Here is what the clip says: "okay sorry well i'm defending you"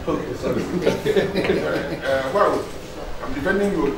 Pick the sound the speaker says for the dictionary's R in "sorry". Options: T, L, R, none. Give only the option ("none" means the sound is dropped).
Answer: none